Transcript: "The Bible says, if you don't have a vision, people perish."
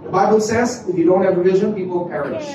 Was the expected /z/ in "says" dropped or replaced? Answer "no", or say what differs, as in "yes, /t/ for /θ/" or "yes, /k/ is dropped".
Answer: no